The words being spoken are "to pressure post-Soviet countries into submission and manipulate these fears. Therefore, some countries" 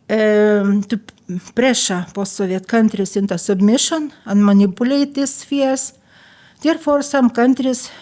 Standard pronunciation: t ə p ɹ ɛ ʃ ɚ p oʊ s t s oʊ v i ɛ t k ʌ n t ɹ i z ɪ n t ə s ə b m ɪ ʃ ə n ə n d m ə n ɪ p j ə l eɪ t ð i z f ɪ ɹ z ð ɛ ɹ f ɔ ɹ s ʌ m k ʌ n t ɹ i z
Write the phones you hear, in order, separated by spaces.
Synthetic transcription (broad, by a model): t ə p ɹ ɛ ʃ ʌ p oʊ s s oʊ v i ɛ t k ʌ n t ɹ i s ɪ n t ə s ə b m ɪ ʃ ə n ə n m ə n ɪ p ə l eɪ t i s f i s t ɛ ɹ f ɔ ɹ s ʌ m k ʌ n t ɹ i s